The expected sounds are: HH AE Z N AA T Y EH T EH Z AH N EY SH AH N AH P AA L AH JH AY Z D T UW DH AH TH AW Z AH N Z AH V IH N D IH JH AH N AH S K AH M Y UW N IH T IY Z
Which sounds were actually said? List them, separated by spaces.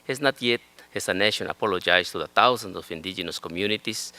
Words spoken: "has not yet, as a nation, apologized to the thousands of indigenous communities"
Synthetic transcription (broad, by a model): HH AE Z N AA T Y EH T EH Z AH N EY SH AH N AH P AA L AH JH AY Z T UW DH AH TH AW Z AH N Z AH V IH N D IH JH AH N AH S K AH M Y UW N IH T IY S